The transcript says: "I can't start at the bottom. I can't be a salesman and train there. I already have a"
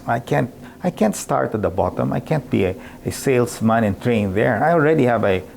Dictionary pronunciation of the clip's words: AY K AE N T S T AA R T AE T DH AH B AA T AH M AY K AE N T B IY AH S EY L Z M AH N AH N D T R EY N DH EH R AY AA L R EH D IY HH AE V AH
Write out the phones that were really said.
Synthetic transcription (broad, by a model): AY K AE N T S T AA R T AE T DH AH B AA T AH M AY K AE N T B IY AH S EY L S M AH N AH N T R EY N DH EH R AY AA L R EH D IY HH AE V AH